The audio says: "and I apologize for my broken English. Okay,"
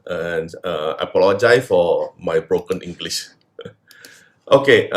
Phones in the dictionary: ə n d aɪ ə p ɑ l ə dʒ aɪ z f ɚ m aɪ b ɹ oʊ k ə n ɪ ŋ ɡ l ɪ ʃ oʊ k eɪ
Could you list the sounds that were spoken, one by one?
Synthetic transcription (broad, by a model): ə n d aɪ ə p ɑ l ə dʒ aɪ f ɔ m aɪ b ɹ oʊ k ə n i ŋ ɡ l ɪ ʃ oʊ k eɪ